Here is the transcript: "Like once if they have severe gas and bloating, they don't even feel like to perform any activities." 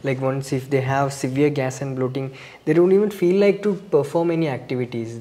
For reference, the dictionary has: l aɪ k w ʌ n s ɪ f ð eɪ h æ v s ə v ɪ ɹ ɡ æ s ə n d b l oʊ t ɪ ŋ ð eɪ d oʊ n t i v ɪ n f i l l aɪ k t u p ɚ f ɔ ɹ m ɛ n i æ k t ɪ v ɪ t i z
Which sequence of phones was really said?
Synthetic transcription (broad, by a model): l aɪ k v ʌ n s ɪ f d eɪ h æ v s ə v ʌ ɹ ɡ æ s ə n d b l oʊ t ɪ ŋ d eɪ d oʊ n t i v ɪ n f i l l aɪ k t u p ɚ f ɔ ɹ m ɛ n i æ k t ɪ v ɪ t i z